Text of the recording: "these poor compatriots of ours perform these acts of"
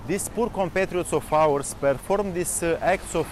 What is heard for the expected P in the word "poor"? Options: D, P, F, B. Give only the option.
P